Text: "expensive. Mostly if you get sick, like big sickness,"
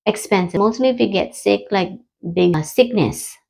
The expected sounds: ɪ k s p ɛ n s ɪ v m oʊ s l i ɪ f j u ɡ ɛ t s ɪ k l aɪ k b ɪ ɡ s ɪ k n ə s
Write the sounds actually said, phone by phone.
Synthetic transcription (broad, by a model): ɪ k s p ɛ n s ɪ m oʊ s l i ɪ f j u ɡ ɛ t s ɪ k l aɪ k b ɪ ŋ s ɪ k n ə s